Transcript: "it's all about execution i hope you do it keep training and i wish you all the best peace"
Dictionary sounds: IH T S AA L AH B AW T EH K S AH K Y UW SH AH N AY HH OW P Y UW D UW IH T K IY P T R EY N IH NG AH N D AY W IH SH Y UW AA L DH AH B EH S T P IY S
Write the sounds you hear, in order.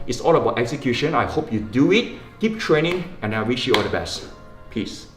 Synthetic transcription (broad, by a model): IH T S AA L AH B AW T EH K S AH K Y UW SH AH N AY HH OW P Y UW D UW IH T K IY P T R EY N IH NG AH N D AY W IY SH Y UW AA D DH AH B EH S T P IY S